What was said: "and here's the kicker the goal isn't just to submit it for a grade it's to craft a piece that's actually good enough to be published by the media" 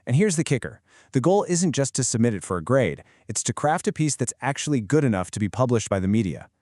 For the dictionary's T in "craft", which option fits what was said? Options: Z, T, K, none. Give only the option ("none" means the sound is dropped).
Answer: T